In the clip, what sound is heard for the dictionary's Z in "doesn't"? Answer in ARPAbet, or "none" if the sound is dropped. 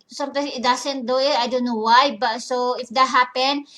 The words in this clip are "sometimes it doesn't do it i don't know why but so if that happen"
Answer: S